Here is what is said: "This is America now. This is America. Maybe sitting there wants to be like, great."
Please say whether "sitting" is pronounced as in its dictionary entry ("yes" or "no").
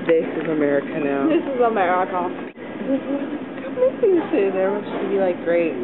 no